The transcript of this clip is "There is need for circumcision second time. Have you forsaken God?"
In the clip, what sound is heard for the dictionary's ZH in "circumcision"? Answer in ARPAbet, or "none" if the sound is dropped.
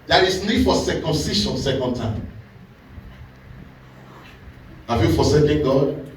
SH